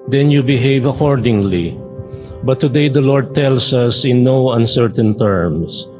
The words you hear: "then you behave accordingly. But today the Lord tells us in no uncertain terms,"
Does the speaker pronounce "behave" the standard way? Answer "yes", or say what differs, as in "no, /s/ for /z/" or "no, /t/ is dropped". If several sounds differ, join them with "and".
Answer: yes